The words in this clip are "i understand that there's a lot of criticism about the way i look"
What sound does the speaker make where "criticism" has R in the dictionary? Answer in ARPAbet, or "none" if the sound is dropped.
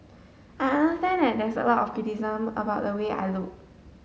none